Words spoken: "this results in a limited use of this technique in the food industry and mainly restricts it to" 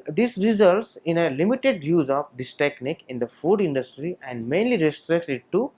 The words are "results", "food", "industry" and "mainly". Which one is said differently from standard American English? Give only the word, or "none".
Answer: none